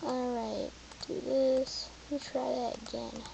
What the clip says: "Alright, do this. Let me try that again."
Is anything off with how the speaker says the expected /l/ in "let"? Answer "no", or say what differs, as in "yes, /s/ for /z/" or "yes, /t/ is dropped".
yes, /w/ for /l/